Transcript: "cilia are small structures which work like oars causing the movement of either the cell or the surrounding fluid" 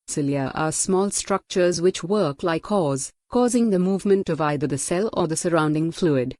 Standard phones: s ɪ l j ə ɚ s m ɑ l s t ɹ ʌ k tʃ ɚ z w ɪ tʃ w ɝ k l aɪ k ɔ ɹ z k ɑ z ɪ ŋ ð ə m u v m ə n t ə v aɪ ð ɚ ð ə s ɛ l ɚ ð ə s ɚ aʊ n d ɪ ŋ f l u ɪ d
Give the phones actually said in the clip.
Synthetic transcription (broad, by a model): s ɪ l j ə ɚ s m ɑ l s t ɹ ʌ k tʃ ɚ z w ɪ tʃ w ɝ k l aɪ k ɔ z k ɑ z ɪ ŋ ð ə m u v m ə n t ə v aɪ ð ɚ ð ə s ɛ l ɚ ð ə s ɚ aʊ n d ɪ ŋ f l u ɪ d